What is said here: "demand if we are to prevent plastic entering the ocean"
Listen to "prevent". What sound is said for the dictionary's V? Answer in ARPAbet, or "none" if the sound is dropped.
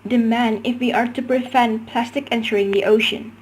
F